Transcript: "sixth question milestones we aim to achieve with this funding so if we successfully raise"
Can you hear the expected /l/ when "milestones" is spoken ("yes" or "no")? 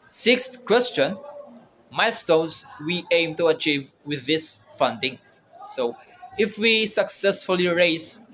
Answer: no